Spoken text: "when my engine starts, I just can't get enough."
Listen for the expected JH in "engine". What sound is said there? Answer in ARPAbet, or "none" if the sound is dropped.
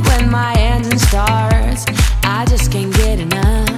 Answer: Z